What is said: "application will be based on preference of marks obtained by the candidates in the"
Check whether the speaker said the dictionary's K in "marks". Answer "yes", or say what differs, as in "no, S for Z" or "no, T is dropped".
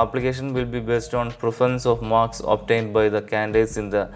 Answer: yes